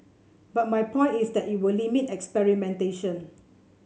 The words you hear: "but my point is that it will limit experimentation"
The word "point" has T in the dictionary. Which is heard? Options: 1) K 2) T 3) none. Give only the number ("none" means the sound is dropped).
3